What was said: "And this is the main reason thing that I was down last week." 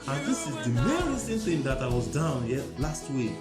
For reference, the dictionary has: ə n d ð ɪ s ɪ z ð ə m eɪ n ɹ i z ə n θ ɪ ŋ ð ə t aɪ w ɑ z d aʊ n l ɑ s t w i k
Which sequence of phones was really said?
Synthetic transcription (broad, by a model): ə n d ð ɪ s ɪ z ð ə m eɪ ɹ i s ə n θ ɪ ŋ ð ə t aɪ w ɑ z d aʊ n l ɑ s t w i k